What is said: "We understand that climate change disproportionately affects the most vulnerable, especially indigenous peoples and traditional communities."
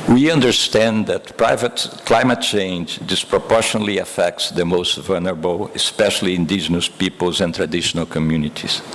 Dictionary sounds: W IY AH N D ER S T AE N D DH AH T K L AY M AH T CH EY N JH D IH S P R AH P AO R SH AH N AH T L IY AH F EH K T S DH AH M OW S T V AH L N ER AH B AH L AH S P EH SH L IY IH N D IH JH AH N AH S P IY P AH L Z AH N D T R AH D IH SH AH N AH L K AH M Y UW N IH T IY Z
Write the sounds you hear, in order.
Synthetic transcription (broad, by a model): W IY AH N D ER S T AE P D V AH T K L AY M AH T CH EY N JH D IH S P R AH P AO R SH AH N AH L IY AH F EH K T S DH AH M OW S T V AH L N ER AH B AH L AH S P EH SH L IY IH N D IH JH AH N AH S P IY P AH L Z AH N T R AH D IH SH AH N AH L K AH M Y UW N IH T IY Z